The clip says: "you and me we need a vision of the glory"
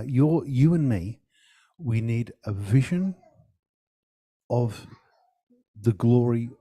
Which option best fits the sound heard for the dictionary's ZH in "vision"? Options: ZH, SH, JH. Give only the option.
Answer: ZH